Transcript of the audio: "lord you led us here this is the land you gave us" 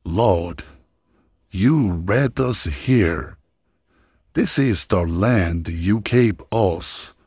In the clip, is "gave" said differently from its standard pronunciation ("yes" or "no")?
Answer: yes